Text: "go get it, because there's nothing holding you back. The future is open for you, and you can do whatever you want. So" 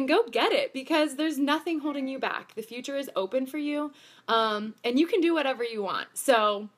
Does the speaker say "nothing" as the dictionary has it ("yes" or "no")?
yes